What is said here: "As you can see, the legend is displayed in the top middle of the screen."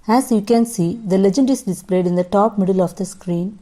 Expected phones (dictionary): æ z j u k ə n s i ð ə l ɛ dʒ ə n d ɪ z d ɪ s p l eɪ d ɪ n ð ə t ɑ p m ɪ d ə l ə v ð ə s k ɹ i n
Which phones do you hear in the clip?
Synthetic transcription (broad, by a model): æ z j u k ə n s i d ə l ɛ dʒ ə n d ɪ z d ɪ s p l eɪ d ɪ n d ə t ɑ p m ɪ d ə l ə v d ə s k ɹ i n